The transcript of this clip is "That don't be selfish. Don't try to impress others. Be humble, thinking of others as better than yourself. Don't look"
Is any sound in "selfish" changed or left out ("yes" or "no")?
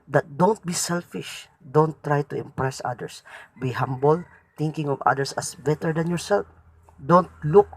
no